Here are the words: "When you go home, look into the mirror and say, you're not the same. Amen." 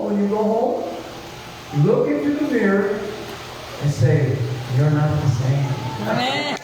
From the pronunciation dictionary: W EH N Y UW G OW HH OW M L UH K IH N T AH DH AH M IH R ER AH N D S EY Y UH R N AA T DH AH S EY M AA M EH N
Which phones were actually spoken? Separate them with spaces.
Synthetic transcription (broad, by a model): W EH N Y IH G OW HH OW M L UH K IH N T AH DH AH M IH R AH N S EY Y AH R N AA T DH AH S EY AA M